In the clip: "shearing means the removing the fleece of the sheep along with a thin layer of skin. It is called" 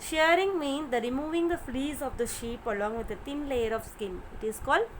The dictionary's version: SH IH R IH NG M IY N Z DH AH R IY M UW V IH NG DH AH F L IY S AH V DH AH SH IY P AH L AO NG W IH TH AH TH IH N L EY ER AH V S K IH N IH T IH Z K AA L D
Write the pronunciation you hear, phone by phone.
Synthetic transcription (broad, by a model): SH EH R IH NG M IY N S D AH R IY M UW V IH NG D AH F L IY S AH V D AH SH IY P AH L AO NG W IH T AH T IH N L EY ER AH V S K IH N IH T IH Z K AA L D